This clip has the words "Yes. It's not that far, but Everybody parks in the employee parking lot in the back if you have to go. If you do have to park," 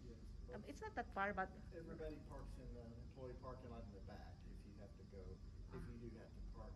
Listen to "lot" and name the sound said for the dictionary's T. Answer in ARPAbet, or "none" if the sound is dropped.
none